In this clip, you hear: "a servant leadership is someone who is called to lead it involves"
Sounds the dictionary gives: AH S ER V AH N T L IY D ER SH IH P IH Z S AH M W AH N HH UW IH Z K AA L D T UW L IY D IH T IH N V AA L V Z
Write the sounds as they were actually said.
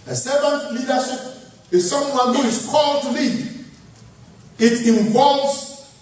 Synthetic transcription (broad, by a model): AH S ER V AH N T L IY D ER S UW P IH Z S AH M W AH N HH UW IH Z K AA L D T UW L IY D IH T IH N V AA L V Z